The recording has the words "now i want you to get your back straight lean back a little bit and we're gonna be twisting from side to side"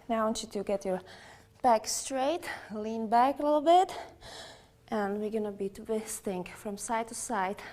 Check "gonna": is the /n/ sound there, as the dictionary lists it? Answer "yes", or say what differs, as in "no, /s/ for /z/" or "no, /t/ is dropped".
yes